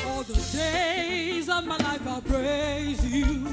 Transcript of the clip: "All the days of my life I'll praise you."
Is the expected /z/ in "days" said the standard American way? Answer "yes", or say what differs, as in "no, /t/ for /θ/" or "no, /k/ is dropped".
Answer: yes